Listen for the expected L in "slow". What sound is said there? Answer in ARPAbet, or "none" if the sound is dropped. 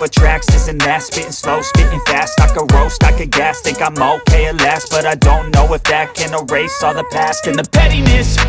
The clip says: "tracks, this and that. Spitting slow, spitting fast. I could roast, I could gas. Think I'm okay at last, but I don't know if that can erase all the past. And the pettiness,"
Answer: L